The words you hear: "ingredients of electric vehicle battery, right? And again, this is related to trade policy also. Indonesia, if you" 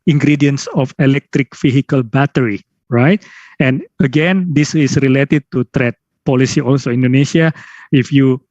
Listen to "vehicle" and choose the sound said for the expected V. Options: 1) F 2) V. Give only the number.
1